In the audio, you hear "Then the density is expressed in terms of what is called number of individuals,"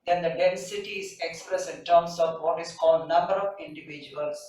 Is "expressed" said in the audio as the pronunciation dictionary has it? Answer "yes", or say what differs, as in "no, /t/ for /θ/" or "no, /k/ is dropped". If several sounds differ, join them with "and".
no, /t/ is dropped